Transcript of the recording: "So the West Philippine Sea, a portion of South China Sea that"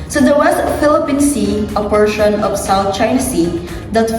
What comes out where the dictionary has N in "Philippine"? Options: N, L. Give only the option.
N